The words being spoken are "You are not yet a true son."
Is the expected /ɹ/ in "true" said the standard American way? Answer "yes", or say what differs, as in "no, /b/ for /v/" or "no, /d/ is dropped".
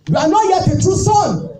no, /ɹ/ is dropped